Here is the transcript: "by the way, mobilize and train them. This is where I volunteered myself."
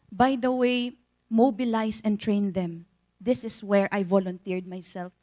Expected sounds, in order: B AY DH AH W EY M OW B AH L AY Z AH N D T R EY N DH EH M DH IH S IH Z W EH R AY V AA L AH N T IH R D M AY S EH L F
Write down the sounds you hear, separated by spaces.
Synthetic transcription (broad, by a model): B AY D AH W EY M OW B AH L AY S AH N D T R EY N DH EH M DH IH S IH S W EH R AY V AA L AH N T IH R D M AY S EH L F